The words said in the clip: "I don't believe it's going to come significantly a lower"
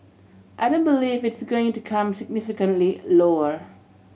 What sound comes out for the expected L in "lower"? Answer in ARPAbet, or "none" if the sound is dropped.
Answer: L